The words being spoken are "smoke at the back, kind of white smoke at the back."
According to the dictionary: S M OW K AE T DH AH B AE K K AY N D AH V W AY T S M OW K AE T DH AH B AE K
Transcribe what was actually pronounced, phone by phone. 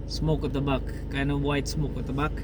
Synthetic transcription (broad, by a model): S M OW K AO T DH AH B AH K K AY N AH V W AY T S M OW K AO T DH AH B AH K